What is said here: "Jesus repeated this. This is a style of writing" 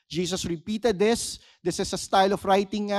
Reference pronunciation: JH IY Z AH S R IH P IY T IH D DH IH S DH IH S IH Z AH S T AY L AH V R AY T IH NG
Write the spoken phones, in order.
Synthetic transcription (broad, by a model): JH IY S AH S R IH P IY T IH D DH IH S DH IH S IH S AH S T AY L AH F R AY T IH NG